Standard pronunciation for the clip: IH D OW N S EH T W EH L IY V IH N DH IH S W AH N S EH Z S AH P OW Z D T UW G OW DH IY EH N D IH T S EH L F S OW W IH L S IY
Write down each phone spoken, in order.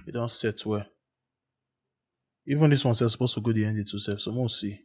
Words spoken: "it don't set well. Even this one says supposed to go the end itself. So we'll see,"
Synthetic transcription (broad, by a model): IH D OW N S EH T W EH IY V IH N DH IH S W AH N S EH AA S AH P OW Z T UW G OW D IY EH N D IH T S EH F S OW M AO S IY